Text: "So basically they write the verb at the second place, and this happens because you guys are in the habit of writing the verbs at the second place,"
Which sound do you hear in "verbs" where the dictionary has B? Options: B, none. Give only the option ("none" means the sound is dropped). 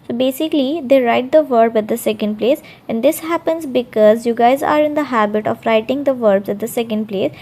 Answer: B